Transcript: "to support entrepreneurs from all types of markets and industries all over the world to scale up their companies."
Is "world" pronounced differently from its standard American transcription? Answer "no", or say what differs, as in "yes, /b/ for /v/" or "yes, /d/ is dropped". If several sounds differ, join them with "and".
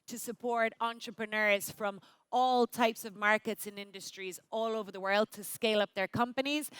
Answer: no